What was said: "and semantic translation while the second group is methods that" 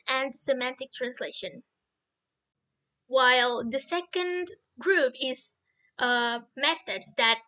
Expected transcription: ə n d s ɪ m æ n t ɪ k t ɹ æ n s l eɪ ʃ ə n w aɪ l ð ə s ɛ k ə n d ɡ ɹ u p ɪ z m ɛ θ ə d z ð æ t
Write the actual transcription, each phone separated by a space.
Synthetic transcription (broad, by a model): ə n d s ɪ m æ n t ɪ k t ɹ æ n s l eɪ ʃ ə n w aɪ l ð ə s ɛ k ə n d ɡ ɹ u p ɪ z m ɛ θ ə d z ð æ t